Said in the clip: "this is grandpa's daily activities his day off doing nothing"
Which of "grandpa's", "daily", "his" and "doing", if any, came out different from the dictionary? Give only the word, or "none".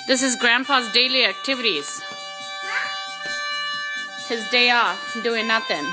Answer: grandpa's